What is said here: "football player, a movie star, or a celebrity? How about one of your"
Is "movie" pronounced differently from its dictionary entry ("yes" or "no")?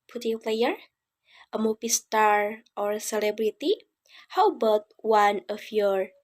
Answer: yes